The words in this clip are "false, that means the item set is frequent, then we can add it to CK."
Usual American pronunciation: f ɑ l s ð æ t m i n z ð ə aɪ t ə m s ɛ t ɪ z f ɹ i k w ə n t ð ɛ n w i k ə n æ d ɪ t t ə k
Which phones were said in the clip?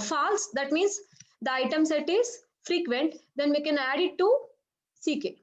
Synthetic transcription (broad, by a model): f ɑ l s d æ t m i n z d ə aɪ t ə m s ɛ t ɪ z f ɹ i k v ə n t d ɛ n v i k ə n æ d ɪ t s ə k